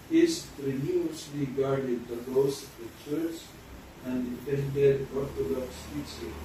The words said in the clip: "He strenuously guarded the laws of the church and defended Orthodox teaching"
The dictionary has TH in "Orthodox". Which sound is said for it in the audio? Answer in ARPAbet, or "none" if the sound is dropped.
T